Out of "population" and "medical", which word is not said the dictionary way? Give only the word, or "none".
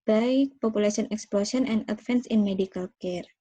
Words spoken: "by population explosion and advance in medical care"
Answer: population